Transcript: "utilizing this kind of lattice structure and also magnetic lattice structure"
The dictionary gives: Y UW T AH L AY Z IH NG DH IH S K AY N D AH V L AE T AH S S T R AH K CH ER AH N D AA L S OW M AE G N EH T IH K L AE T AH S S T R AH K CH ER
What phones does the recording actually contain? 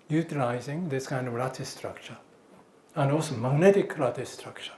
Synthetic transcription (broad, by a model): Y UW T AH L AY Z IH NG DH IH S K AY N D AH V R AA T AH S S T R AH K CH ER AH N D AA L S OW M AE G N EH T IH K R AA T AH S S T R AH K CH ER